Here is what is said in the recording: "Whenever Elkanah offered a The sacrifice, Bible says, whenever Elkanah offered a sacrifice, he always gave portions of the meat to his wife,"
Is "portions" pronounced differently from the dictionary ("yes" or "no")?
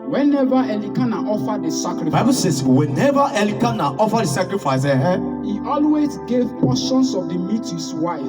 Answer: yes